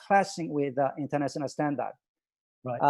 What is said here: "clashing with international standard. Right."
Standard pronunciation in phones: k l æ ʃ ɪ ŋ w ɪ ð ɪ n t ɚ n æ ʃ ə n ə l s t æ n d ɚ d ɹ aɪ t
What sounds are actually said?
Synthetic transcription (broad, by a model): k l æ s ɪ ŋ w ɪ ð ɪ n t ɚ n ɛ s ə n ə s t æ n d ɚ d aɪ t